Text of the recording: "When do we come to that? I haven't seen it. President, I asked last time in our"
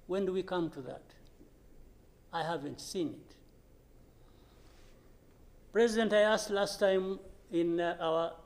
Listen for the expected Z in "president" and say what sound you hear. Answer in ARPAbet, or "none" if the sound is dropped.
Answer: Z